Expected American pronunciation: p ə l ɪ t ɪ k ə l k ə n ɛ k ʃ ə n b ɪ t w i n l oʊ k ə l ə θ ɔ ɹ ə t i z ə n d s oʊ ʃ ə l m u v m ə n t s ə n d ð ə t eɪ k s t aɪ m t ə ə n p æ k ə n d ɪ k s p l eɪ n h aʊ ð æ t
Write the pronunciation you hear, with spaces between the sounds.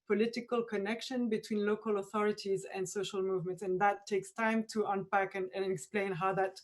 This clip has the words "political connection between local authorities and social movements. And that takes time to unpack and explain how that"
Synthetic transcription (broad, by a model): p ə l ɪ t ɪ k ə l k ə n ɛ k ʃ ə n b ɪ t w i n l oʊ k ə l ə θ ɔ ɹ ə t i z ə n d s oʊ ʃ ə l m u v m ə n t s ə n ð ə t eɪ k s t aɪ m t ə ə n p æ k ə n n ɪ k s p l eɪ n h aʊ ð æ t